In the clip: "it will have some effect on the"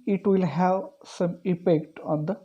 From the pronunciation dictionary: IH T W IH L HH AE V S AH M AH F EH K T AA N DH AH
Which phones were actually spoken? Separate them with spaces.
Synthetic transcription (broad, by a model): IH T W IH L HH AE V S AH M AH P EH K T AA N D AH